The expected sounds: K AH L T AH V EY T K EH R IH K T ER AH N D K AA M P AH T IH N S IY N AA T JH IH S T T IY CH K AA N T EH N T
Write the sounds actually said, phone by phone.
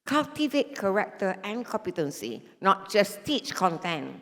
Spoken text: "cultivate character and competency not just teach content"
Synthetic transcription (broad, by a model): K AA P T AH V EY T K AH R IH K T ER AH N K AA M P AH T IH N S IY N AA T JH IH S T T IY CH K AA N T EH N